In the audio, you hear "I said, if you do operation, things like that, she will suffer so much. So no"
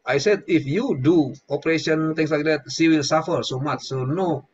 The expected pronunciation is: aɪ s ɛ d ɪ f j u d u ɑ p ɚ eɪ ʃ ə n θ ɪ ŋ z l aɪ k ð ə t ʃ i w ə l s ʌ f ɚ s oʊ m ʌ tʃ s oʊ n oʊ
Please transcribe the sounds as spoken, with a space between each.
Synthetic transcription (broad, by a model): aɪ s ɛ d ɪ f j u d u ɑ p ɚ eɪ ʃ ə n t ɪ ŋ s l aɪ k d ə t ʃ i w ə l s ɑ f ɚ s oʊ m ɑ tʃ s oʊ n oʊ